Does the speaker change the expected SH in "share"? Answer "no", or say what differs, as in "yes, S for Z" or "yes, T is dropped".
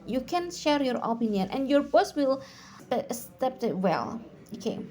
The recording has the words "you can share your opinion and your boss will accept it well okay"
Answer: no